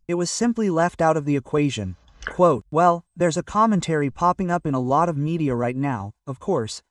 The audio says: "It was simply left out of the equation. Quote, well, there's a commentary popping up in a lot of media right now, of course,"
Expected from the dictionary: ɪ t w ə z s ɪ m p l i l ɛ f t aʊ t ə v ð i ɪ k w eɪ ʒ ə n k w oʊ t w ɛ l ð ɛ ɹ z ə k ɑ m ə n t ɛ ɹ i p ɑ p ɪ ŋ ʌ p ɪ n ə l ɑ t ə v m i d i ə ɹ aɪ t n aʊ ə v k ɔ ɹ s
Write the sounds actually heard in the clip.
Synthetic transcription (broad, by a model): ɪ t w ə z s ɪ m p l i l ɛ f t aʊ t ə v ð i ɪ k w eɪ ʒ ə n k w oʊ t w ɛ l ð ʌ ɹ z ə k ɑ m ə n t ɛ ɹ i p ɑ p ɪ ŋ ʌ p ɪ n ə l ɑ t ə v m i d i ə ɹ aɪ t n aʊ ə v k ɔ ɹ s